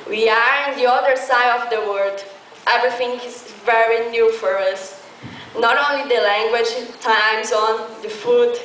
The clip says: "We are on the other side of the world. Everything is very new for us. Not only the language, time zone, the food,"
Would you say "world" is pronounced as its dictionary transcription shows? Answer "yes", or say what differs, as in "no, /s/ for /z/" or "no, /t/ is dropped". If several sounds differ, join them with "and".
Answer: no, /l/ is dropped